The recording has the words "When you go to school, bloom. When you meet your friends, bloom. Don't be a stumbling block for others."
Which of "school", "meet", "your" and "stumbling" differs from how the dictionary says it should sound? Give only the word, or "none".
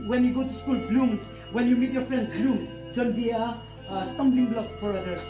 stumbling